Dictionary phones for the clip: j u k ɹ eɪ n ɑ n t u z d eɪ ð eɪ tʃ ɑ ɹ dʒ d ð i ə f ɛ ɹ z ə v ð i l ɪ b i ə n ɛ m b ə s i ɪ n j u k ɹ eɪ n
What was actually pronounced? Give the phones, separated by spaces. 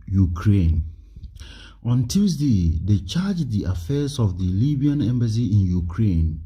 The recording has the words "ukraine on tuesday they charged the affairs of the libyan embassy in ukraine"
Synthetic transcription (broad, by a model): j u k ɹ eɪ n ɑ n t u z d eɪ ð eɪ tʃ ɑ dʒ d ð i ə f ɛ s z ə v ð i l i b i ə n ɛ m b ə s i ɪ n j u k ɹ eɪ n